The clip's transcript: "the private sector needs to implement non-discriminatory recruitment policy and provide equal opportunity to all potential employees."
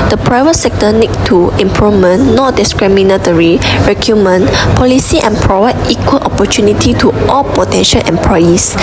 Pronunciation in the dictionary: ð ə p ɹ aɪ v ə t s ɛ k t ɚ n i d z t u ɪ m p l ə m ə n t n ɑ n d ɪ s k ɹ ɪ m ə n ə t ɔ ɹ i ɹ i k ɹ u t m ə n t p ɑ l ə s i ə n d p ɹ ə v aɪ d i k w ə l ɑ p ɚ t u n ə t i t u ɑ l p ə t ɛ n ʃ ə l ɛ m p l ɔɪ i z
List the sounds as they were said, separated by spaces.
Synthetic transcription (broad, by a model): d ə p ɹ aɪ v ə t s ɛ k t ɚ n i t t u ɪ m p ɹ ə m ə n n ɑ d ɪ s k ɹ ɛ m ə n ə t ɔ ɹ i ɹ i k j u m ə n p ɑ l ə s i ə n p ɹ ə v aɪ d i k w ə l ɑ p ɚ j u n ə t i t u ɑ l p ə t ɛ n ʃ ə l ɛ m p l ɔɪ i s